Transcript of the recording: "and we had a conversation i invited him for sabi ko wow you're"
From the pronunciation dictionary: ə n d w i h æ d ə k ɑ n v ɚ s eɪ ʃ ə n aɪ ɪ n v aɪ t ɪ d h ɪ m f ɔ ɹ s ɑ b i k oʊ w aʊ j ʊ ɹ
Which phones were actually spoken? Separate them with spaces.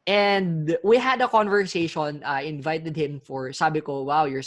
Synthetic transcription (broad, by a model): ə n d w i h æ d ə k ɑ n v ɚ s eɪ ʃ ə n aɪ ɪ n v aɪ t ɪ d h ɪ m f ɔ ɹ s ɑ b i k oʊ w aʊ j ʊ ɹ